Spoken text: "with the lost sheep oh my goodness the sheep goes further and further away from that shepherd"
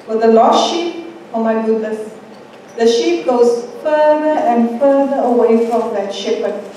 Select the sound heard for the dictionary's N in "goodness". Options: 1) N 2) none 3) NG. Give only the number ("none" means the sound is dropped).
2